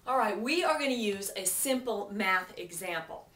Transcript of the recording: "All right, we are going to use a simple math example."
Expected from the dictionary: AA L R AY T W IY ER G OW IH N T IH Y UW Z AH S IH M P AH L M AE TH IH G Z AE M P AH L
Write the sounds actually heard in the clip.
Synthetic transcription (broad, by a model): AA L R AY T W IY ER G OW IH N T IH Y UW Z AH S IH M P L M AE TH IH G Z AE M P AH L